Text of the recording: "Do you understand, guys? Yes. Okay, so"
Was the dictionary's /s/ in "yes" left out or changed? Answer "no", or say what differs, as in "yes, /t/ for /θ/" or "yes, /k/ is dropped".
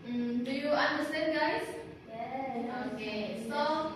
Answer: yes, /s/ is dropped